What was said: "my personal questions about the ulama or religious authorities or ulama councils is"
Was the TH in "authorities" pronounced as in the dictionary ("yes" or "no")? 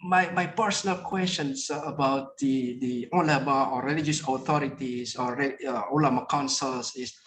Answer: no